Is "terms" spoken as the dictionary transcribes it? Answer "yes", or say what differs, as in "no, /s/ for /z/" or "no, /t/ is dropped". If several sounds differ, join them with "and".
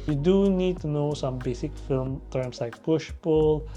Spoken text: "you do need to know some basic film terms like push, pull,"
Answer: no, /s/ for /z/